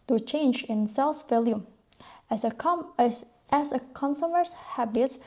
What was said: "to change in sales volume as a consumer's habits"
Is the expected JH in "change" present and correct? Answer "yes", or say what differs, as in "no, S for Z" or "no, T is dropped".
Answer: yes